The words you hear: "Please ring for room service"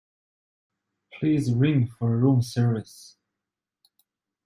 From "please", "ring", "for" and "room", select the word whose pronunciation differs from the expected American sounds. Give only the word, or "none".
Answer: none